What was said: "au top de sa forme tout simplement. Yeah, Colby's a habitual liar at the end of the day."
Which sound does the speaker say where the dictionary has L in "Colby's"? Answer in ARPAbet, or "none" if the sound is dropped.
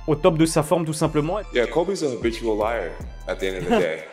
none